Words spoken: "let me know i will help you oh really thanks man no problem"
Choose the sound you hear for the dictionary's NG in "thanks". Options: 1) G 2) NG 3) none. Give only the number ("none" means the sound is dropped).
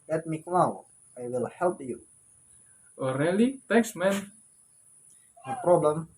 3